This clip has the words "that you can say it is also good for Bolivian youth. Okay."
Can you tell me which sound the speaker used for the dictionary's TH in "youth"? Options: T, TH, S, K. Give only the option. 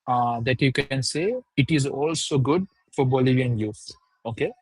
T